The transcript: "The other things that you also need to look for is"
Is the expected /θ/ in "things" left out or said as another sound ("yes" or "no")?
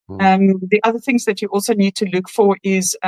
no